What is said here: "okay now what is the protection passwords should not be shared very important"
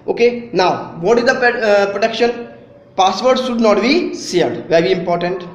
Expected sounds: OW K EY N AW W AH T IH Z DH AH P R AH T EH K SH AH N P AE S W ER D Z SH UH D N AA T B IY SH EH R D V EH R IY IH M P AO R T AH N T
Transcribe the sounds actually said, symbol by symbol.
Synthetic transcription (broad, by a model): OW K EY N AW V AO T IH Z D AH P R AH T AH K SH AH N P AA S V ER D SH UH D N AA T B IY S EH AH D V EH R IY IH M P AO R T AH N T